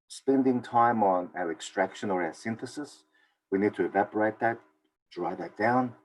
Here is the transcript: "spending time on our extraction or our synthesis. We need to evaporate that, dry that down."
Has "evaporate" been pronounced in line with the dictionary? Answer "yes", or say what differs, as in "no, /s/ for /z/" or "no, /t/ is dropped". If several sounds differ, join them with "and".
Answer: yes